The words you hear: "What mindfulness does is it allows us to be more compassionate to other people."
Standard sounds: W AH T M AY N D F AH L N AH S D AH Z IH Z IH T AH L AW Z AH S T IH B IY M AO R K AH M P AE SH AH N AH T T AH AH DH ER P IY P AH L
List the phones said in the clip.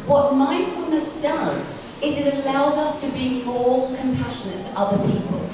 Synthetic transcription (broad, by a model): W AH T M AY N F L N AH S D AH Z IH Z IH T AH L AW Z AH S T IH B IY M AO L K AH M P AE SH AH N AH T T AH AH DH ER P IY P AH L